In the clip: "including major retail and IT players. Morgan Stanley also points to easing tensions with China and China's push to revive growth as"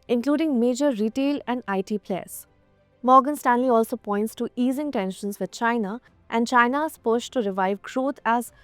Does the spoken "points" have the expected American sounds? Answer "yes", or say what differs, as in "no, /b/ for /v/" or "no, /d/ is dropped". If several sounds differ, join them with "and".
yes